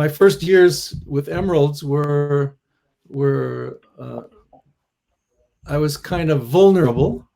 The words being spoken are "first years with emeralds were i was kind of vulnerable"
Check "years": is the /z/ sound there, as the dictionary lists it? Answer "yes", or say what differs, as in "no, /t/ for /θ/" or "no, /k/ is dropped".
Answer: yes